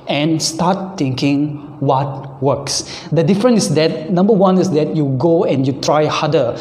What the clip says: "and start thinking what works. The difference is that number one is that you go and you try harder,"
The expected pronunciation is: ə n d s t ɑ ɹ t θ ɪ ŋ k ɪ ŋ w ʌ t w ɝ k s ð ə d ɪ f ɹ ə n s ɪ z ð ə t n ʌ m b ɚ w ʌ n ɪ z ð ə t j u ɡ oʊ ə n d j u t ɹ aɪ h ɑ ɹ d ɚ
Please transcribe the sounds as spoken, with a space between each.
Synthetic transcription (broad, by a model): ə n s t ɑ t t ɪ ŋ k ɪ ŋ w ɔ t w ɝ k s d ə d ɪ f ɹ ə n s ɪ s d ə t n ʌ m b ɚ w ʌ n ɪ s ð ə t j u ɡ oʊ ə n j u t ɹ aɪ h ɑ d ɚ